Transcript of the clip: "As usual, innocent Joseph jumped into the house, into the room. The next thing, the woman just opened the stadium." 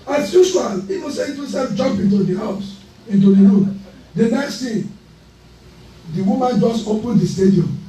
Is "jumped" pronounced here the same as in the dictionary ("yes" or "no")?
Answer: no